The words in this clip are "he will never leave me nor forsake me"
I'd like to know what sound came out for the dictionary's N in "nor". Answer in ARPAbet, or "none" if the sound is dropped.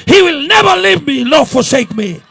L